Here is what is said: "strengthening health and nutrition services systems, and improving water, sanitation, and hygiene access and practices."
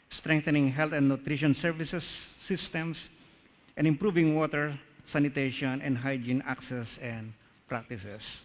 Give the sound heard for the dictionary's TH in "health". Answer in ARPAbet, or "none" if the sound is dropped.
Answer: T